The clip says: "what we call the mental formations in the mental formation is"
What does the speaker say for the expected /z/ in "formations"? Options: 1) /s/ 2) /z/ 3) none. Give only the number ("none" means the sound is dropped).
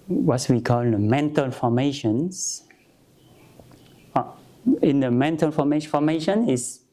1